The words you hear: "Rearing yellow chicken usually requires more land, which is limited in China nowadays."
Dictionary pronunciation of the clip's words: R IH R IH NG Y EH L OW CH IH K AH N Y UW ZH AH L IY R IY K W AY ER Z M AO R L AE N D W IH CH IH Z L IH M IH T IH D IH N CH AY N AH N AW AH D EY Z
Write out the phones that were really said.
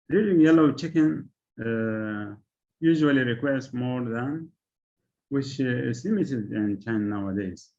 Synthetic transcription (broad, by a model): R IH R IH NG Y EH L OW CH IH K AH N Y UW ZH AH L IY R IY K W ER S M AO R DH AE N W IH CH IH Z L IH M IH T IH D IH N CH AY AH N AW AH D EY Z